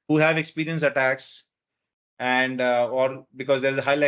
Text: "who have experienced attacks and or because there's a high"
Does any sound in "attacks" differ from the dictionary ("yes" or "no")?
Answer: no